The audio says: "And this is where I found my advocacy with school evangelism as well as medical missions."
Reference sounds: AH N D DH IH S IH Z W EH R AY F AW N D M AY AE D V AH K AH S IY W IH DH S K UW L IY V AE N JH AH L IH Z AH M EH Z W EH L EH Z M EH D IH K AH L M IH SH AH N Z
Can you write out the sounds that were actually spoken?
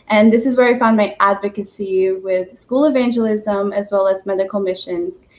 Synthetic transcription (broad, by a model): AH N DH IH S IH Z W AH R AY F AW N M AY AE D V AH K AH S IY W IH DH S K UW L IY V AE N JH AH L IH Z AH M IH Z W EH L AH Z M EH D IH K L M IH SH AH N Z